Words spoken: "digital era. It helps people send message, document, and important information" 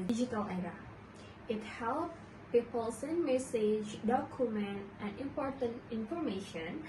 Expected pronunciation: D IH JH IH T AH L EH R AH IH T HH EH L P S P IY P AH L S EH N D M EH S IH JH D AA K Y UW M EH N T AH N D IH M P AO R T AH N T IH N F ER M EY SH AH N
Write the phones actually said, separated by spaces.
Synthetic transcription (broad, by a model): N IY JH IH T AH L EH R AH IH T HH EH L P P IY P AH L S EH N M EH S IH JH D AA K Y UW M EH N T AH N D IH M P AO R T AH N T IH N F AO M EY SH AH N